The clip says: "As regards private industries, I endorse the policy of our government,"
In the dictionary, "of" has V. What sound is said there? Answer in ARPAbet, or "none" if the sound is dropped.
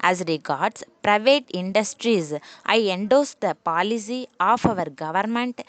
V